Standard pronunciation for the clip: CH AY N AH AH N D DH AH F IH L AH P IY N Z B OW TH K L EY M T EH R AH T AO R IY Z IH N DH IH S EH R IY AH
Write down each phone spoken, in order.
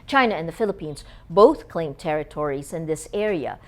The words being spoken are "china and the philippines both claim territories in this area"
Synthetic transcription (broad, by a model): CH AY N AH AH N DH AH F IH L AH P IY N Z B OW TH K L EY M T EH R AH T AO R IY Z IH N DH IH S EH R IY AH